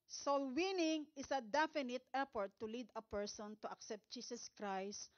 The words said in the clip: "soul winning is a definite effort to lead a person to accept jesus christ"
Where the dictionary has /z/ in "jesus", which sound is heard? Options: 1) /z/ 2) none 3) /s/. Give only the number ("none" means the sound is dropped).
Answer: 3